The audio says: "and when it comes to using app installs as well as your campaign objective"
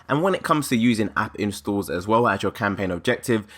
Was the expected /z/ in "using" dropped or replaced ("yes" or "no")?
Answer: no